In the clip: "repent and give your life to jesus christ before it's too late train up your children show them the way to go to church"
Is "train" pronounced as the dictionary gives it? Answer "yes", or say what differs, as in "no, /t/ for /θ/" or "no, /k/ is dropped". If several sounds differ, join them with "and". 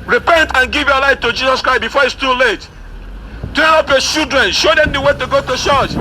no, /ɹ/ is dropped and /n/ is dropped